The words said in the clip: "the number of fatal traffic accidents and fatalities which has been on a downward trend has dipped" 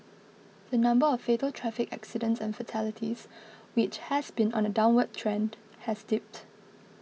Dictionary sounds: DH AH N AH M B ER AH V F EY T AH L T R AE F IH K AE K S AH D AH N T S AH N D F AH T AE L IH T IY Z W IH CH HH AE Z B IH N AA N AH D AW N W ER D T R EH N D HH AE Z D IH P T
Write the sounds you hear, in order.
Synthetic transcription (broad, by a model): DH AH N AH M B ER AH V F EY T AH L T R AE F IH K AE K S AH D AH N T S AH N F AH T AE L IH T IY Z W IH CH HH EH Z B IH N AA N AH D AW N W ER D T R EH N D HH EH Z D IH P T